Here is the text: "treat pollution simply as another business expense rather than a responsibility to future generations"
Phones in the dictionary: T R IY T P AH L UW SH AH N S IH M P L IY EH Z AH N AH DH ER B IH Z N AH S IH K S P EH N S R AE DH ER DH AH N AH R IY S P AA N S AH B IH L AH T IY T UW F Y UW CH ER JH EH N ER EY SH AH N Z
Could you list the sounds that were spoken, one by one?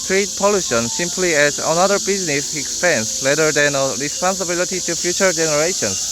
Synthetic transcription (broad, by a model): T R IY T P AH L UW SH AH N S IH M P L IY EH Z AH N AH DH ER B IH Z N AH S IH K S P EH N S L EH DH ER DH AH N AH R IY S P AA N S AH B IH L AH T IY T UW F Y UW CH ER JH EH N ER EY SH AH N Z